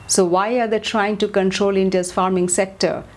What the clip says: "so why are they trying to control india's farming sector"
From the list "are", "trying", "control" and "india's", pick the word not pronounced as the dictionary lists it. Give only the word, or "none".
india's